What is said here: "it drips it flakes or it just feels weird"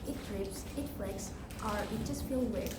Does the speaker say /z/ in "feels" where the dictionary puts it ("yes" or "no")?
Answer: no